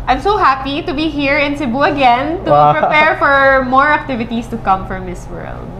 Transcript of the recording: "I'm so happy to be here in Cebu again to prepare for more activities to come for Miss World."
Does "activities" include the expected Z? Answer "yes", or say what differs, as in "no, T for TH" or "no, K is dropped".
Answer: no, S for Z